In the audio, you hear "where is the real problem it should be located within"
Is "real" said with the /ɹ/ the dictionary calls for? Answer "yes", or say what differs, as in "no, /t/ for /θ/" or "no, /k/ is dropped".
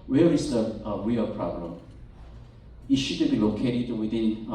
no, /w/ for /ɹ/